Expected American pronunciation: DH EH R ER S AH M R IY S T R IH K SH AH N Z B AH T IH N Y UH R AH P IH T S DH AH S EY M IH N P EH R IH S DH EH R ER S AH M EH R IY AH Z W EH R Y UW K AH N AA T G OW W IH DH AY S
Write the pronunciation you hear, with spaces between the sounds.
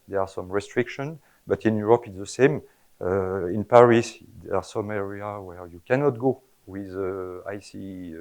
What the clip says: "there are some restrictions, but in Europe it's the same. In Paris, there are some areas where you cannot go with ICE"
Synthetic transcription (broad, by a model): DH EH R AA S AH M R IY S T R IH K SH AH N B AH T IH N Y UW R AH P IH T S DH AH S EY M IH N P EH R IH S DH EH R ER S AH M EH R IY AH W EH R Y UW K AH N AA T G OW W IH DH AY S